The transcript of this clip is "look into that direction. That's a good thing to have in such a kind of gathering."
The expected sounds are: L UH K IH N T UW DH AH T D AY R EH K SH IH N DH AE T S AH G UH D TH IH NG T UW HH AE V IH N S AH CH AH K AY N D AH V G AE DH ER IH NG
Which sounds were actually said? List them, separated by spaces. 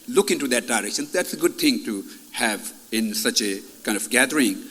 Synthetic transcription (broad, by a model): L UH K IH N T UW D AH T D AY R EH K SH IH N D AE T S AH G UH D T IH NG T UW HH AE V IH N S AH CH AH K AY N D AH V G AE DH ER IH NG